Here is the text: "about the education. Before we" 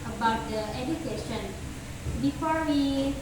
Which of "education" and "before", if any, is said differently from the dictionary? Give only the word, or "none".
none